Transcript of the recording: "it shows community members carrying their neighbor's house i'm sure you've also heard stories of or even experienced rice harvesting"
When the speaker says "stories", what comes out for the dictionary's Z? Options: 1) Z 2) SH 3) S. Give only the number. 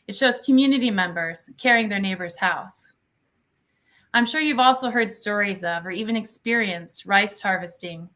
1